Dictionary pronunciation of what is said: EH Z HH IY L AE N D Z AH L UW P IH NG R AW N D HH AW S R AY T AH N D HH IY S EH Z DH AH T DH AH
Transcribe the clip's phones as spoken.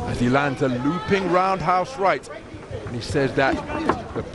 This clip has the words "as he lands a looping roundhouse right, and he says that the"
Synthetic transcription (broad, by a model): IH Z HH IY L AE N D Z AH L UW P IH NG R AW N D HH AW S R AY T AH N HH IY S EH Z DH AH T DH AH